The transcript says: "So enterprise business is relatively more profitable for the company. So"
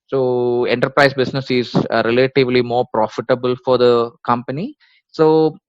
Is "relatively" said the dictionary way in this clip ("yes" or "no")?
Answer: yes